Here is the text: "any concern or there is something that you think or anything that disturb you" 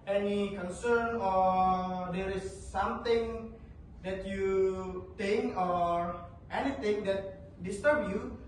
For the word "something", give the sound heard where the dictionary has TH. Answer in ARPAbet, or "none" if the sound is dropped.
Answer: T